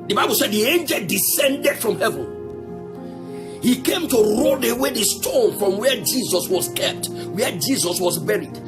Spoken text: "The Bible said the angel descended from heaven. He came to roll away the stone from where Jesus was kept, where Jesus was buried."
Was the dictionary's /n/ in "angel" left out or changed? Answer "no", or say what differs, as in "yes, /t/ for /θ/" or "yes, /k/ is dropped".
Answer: no